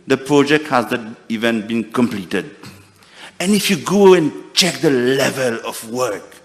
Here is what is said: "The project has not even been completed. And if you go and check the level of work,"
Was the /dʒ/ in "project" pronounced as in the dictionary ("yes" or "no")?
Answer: yes